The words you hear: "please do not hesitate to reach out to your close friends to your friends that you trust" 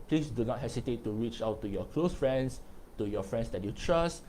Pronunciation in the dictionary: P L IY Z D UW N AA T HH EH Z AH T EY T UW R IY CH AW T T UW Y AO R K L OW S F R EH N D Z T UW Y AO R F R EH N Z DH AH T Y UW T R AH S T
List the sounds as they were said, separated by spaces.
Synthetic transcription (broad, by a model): P L IY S D UW N AA T HH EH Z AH T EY T UW R IY CH AW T T UW Y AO K L OW S F R EH N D S T UW Y AO F R EH N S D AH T Y UW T R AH S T